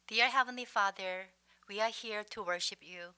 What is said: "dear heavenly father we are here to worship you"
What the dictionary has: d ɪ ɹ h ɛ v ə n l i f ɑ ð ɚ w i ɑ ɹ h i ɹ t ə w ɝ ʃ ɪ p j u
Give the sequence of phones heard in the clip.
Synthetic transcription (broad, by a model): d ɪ ɹ h ɛ v ə n l i f ɑ ð ɚ w i ɑ ɹ h i ɹ t ə w ɝ ʃ ɪ p j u